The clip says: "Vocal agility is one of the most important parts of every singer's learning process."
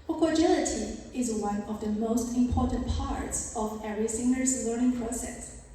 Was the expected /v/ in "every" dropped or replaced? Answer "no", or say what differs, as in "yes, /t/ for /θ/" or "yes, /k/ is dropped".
yes, /v/ is dropped